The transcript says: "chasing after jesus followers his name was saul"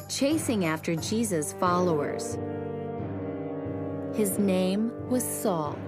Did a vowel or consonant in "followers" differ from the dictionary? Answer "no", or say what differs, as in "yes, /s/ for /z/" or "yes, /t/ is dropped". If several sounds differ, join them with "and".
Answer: no